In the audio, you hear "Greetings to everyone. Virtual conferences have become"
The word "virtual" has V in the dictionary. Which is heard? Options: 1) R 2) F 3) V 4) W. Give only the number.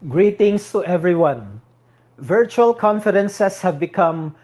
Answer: 3